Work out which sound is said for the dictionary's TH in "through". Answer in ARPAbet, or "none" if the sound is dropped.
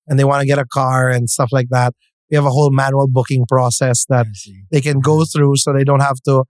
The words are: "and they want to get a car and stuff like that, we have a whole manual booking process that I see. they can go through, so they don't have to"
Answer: TH